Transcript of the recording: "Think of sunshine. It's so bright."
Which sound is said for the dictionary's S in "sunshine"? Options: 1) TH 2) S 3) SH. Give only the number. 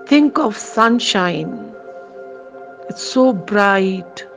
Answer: 2